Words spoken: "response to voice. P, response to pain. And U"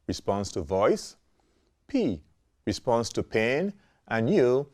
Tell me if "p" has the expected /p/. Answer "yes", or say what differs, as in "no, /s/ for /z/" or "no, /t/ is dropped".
yes